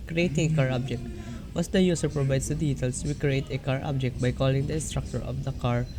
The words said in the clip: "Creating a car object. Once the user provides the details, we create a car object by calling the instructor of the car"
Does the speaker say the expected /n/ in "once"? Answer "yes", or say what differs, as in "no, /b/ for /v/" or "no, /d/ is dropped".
no, /n/ is dropped